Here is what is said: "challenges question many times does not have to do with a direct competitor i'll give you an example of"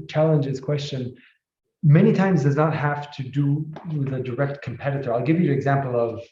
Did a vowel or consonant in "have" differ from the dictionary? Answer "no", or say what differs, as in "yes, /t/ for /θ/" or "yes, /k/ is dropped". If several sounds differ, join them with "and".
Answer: yes, /f/ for /v/